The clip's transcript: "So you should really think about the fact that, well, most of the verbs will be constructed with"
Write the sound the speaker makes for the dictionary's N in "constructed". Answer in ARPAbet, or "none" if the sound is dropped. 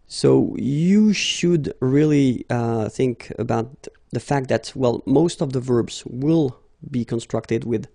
N